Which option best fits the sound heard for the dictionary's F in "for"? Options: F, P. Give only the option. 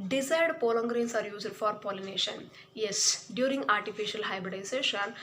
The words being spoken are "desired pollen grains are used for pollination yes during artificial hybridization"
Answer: F